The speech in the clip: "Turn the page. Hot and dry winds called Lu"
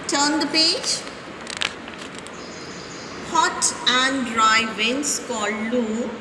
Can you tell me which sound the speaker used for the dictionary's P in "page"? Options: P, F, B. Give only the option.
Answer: P